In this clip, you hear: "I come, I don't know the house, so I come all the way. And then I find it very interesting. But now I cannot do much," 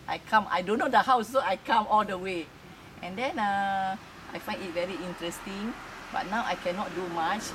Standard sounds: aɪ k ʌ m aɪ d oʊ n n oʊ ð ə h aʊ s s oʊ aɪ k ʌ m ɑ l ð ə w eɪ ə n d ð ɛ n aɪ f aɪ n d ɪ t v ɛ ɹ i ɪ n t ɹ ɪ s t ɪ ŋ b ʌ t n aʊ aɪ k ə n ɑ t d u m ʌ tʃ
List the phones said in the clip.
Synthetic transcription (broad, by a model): aɪ k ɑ m aɪ d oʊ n n oʊ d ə h aʊ s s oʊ aɪ k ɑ m ɑ l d ə w eɪ ə n d ɛ n aɪ f aɪ n d ɪ t v ɛ ɹ i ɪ n t ɹ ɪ s t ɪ ŋ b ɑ t n aʊ aɪ k ə n ɑ t d u m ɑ tʃ